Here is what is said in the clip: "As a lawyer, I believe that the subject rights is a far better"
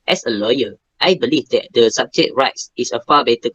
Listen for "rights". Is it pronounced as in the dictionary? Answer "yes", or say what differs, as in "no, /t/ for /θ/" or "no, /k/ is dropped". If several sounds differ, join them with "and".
yes